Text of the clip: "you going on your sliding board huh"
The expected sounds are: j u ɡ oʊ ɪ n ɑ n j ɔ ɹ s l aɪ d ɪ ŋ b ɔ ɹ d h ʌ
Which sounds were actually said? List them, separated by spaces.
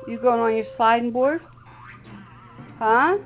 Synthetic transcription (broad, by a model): j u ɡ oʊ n ɑ n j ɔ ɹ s aɪ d b ɔ ɹ d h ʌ